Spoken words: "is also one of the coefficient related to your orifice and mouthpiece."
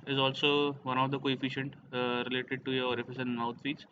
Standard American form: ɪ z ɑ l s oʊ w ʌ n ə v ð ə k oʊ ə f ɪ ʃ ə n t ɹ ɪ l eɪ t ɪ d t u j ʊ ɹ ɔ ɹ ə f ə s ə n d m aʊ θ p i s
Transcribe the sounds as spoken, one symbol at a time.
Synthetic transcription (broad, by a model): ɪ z ɑ l s oʊ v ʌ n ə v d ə k oʊ ə f ɪ ʃ ə n t ɹ ɪ l eɪ t ɪ d t u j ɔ ɹ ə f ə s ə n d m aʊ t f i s